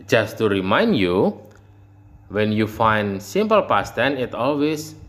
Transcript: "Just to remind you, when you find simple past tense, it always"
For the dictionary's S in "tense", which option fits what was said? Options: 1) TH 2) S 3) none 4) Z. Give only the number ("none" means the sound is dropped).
3